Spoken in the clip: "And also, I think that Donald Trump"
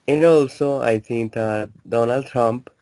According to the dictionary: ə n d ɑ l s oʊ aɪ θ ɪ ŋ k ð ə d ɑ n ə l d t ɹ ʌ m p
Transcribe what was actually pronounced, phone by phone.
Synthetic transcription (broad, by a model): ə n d ɑ l s oʊ aɪ t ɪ ŋ k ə d ɑ n ə l d t ɹ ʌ m p